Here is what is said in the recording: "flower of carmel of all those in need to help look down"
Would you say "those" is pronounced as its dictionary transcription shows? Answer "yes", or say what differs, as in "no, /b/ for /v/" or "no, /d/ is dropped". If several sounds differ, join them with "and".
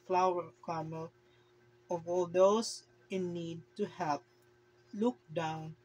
no, /s/ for /z/